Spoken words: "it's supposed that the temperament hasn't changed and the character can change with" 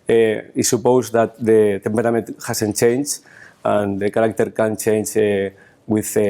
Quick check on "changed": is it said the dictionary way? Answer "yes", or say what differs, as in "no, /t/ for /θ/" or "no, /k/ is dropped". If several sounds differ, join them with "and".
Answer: no, /d/ is dropped